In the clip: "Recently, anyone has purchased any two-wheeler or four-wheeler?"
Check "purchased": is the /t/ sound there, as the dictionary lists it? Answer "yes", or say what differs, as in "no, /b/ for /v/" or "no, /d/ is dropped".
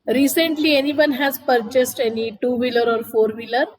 yes